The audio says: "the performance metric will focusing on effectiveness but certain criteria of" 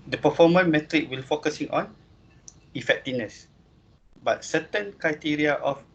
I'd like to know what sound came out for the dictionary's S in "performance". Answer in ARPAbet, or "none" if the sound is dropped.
none